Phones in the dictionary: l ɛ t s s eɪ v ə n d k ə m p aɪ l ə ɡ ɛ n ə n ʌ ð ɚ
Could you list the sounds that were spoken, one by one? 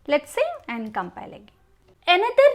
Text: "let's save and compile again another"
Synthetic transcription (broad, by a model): l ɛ t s s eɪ ə n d k ə m p aɪ l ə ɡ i ə n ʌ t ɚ